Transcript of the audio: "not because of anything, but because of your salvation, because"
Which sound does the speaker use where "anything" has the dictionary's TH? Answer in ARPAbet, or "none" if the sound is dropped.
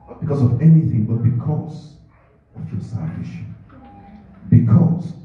TH